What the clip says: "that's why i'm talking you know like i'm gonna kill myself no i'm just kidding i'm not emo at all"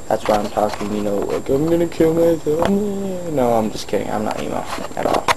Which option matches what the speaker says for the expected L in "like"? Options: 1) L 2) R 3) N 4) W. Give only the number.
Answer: 4